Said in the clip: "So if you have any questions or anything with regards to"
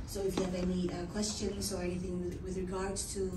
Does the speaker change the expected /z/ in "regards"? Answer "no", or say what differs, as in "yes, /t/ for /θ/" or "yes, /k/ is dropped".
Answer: yes, /z/ is dropped